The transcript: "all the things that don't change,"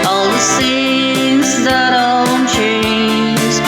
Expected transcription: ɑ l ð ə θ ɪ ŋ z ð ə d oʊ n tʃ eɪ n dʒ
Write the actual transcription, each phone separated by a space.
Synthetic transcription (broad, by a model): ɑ l ð ə s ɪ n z ð ə d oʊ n tʃ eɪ n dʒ